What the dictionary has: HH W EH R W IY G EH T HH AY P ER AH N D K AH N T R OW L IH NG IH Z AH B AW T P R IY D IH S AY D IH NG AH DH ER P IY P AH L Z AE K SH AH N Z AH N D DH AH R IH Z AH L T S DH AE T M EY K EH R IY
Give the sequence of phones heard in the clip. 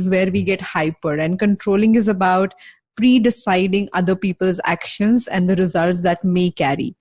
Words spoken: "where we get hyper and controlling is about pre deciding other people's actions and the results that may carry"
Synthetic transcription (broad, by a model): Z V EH R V IY G EH T HH AY P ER AH N D K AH N T R OW L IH NG IH Z AH B AW T P R IY D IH S AY D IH NG AH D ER P IY P AH L Z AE K SH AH N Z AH N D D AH R IH Z AH L T S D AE T M EY K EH R IY